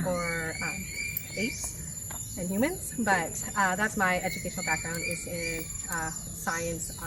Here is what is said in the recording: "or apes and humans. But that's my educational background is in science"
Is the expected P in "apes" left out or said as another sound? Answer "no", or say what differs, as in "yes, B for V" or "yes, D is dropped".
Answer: yes, P is dropped